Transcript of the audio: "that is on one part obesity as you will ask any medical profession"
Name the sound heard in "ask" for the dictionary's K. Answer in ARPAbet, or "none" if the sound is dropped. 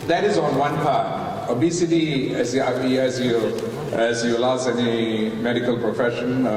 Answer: none